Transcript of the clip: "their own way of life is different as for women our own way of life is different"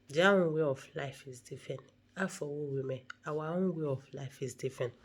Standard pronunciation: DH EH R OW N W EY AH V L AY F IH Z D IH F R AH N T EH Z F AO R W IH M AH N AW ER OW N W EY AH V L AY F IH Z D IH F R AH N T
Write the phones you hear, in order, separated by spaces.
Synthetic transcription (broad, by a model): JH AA OW N W EY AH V L AY F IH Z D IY F R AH N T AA F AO W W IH M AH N AW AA OW N W EY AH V L AY F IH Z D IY F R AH N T